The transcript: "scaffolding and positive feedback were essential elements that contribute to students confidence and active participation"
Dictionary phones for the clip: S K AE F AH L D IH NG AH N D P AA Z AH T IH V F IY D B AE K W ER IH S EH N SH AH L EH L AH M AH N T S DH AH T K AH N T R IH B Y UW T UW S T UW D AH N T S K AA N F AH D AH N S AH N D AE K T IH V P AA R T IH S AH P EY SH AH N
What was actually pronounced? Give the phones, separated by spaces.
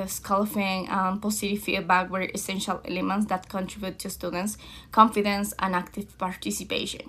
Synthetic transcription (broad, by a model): S K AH L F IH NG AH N P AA S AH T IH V F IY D B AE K W ER IH S EH N SH AH L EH L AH M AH N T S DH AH T K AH N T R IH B Y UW T UW S T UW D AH N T S K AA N F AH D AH N S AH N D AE K T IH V P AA R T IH S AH P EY SH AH N